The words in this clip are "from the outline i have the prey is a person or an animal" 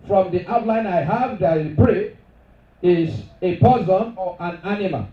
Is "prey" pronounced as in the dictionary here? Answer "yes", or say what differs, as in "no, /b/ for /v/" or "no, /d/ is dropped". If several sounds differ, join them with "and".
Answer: no, /b/ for /p/